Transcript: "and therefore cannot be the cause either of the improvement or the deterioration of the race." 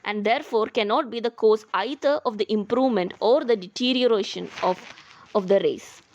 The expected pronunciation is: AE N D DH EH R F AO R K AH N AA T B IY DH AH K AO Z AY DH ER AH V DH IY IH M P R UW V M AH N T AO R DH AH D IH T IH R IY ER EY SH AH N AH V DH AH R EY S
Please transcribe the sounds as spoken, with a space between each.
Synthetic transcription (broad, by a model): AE N D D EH R F AO R K AH N AA T B IY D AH K AO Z AY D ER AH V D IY IH M P R UW V M AH N T AO R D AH D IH T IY R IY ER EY SH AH N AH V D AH R EY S